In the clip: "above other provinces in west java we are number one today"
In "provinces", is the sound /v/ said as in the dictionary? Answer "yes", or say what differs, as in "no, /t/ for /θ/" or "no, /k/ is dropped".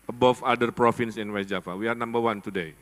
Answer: no, /f/ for /v/